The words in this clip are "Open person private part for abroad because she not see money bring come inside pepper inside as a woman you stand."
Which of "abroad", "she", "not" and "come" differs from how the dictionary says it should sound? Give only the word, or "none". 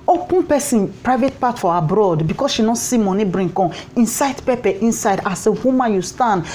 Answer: come